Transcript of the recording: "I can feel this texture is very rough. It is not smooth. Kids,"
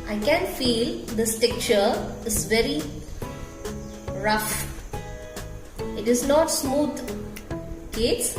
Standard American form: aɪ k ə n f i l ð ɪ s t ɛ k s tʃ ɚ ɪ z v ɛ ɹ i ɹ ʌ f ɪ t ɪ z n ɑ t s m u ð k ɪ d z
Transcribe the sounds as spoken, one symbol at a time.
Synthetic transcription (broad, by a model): aɪ k ə n f i l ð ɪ s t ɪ k tʃ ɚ ɪ z v ɛ ɹ i ɹ ʌ f ɪ t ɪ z n ɑ t s m u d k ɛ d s